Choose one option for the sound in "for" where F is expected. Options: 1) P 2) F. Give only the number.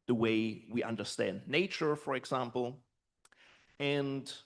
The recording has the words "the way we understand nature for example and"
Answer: 2